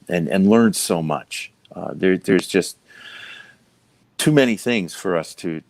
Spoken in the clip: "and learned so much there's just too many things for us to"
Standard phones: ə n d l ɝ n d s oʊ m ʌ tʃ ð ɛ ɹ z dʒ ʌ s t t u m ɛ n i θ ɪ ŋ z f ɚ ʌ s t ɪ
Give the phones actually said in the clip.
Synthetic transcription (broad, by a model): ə n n l ɝ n s oʊ m ʌ tʃ ð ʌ ɹ z dʒ ʌ s t t u m ɛ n i θ ɪ ŋ z f ɚ ʌ s t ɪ